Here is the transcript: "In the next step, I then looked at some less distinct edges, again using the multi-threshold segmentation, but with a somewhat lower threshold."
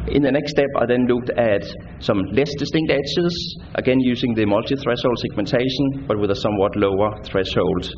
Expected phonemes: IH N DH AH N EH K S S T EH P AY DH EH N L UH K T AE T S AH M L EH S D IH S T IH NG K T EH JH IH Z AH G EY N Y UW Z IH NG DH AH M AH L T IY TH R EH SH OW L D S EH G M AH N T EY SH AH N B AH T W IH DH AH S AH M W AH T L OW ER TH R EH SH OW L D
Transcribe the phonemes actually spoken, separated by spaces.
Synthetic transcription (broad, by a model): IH N DH AH N EH K S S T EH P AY DH EH N L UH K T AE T S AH M L EH S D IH S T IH NG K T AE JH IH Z AH G EY N Y UW S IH NG DH AH M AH L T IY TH R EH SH OW L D S EH G M AH N T EY SH AH N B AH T W IH DH AH S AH M W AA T L OW ER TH R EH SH OW L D